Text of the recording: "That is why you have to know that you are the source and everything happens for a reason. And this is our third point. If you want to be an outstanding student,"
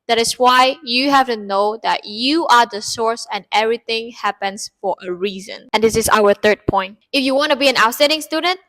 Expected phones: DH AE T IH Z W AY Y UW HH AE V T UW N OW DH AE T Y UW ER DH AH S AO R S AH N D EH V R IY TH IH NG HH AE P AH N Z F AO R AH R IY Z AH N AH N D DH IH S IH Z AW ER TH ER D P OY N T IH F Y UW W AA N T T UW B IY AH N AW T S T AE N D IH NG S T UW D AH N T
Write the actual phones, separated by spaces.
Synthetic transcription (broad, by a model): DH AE T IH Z W AY Y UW HH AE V T UW N OW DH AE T Y UW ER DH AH S AO R S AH N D EH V R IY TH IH NG HH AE P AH N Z F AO R AH R IY Z AH N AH N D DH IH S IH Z AW ER TH ER D P OY N T IH F Y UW W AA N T T UW B IY AH N AW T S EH D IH NG S T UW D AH N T